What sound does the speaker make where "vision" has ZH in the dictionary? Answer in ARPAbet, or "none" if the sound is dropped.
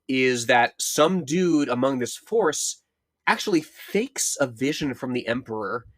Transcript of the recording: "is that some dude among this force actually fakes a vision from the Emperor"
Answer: ZH